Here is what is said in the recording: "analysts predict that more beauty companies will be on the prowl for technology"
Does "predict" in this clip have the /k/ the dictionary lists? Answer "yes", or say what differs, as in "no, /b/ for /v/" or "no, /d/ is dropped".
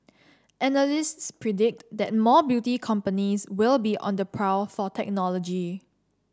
yes